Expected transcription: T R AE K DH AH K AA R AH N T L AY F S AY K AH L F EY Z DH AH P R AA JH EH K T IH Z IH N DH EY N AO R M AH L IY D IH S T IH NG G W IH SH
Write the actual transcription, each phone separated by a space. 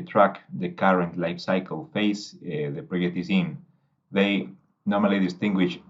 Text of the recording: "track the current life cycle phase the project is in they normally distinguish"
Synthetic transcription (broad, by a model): T R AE K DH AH K AA R AH N T L AY F S AY K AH L F EY S DH AH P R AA EH T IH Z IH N DH EY N AO R M AH L IY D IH S T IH NG G W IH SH